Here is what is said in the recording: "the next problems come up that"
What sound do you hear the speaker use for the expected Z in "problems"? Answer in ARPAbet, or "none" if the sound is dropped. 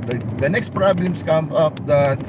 S